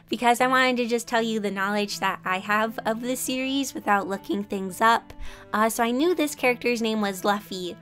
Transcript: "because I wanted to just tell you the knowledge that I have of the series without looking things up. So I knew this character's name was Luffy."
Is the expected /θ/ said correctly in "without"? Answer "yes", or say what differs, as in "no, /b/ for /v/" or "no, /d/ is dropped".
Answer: yes